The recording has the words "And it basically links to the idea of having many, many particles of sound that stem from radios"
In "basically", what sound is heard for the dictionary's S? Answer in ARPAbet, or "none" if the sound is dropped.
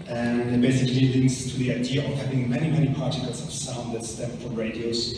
S